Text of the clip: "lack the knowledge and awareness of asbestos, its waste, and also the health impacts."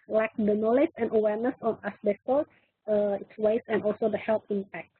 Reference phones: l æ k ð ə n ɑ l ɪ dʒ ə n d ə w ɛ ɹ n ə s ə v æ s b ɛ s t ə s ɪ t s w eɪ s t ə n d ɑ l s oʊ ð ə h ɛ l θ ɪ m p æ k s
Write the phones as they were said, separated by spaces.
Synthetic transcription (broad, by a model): l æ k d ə n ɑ l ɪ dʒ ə n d ə w ɛ ɹ n ə s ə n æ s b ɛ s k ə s ɪ t s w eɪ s ə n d ɑ l s oʊ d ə h ɛ l t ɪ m p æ k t